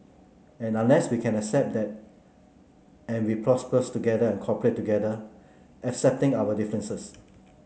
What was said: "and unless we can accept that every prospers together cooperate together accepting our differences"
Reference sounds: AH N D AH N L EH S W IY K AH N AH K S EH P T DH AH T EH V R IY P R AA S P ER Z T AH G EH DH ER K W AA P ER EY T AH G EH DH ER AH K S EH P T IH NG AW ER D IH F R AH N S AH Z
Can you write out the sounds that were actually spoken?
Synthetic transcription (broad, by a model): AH N AH N L EH S W IY K AH N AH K S EH P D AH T EH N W IY P R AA S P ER S T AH G EH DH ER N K AA P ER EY T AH G EH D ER AH K S EH P T IH NG AW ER D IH F R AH N S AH S